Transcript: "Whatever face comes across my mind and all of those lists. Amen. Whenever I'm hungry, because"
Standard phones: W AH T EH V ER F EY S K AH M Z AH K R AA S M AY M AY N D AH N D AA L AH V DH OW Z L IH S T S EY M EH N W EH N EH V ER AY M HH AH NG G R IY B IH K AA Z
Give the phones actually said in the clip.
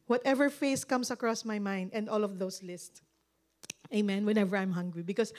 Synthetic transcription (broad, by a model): W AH T EH V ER F EY S K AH M S AH K R AA S M AY M AY N D AH N D AA L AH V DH OW S L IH S T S EY M EH N W EH N EH V ER AY M HH AH NG G R IY B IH K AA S